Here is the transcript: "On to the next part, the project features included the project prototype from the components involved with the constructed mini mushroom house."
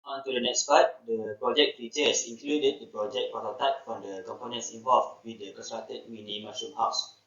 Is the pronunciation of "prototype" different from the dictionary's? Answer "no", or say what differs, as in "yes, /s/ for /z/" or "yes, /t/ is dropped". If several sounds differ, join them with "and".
yes, /ɹ/ is dropped